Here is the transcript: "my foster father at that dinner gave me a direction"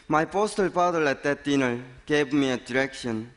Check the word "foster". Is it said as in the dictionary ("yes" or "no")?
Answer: no